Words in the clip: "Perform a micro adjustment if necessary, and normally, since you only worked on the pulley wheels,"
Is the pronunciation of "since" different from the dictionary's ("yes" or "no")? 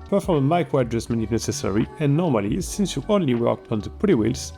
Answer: no